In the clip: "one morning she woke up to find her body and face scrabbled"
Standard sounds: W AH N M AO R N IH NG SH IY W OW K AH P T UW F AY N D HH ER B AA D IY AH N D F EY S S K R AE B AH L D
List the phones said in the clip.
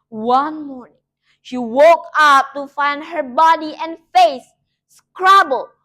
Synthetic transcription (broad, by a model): W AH N M AO R N IH NG SH IY W OW K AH P T UW F AY N D HH ER B AA D IY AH N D F EY S S K R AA B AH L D